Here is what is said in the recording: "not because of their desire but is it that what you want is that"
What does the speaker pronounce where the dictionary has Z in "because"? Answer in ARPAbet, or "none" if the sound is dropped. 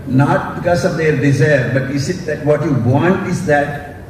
S